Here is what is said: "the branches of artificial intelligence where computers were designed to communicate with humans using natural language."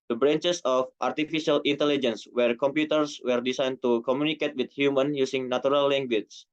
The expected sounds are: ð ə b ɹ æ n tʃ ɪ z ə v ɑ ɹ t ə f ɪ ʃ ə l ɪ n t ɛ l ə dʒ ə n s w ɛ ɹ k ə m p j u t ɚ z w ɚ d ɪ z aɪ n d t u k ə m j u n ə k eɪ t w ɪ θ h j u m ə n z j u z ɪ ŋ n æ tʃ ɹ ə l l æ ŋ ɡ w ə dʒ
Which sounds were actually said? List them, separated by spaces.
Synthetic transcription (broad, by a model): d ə b ɹ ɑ n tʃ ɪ s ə f ɑ ɹ t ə f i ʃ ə l ɪ n t ɛ l ə dʒ ə n s w ɛ ɹ k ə m p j u t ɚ s w ɚ d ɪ s aɪ n t u k ə m j u n ə k eɪ t w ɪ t h j u m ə n j u s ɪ ŋ n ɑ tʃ ɹ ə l l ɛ ŋ ɡ w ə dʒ